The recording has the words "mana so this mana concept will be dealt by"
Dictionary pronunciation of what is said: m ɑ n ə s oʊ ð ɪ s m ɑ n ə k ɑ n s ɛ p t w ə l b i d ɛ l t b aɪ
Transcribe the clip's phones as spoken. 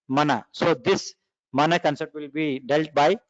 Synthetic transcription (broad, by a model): m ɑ n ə s oʊ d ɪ s m ɑ n ə k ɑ n s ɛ t w ə l b i d ɛ l t b aɪ